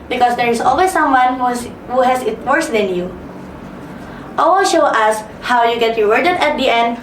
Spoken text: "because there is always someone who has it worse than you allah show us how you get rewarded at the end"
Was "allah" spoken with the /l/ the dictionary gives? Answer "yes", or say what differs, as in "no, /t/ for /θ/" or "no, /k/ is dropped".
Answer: no, /w/ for /l/